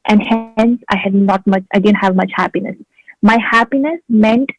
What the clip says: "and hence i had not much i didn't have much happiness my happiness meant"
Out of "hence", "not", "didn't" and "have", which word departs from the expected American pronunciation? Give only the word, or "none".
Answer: none